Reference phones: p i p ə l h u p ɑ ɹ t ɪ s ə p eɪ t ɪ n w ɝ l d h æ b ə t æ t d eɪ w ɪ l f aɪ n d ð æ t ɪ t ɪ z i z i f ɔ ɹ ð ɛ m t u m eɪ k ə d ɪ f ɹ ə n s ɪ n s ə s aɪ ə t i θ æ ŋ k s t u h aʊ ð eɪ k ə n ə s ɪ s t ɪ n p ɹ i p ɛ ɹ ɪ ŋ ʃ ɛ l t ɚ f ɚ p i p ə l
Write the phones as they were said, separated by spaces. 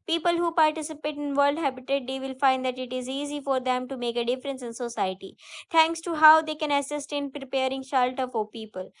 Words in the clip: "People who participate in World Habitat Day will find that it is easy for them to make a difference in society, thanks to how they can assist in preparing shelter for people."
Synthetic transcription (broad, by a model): p i p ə l h u p ɑ ɹ t ɪ s ə p eɪ t ɪ n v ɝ l d h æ b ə t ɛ t d eɪ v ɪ l f aɪ n d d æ t ɪ t ɪ z i z i f ɔ ɹ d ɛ m t u m eɪ k ə d ɪ f ɹ ə n s ɪ n s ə s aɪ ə t i t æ ŋ k s t u h aʊ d eɪ k ə n ə s ɪ s t ɪ n p ɹ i p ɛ ɹ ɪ ŋ ʃ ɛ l t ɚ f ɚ p i p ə l